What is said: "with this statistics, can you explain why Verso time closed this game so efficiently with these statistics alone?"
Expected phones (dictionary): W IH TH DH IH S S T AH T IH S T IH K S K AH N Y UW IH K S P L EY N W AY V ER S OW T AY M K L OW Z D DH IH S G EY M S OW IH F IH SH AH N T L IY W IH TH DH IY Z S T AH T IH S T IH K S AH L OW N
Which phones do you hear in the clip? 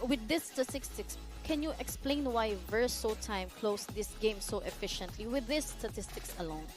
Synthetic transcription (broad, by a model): W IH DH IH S S T AH T IH S T IH K S K AH N Y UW IH K S P L EY N W AY V ER S OW T AY M K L OW S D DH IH S G EY M S OW IH F IH SH AH N T L IY W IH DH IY S T AH T IH S T IH K S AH L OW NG